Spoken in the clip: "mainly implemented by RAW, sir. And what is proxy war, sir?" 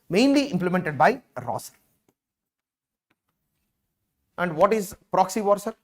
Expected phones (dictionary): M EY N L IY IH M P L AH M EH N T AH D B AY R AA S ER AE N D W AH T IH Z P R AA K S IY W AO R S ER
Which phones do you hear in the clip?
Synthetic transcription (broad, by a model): M EY N L IY IH M P L AH M EH N T AH D B AY R AA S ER AE N D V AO T IH Z P R AA K S IY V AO R S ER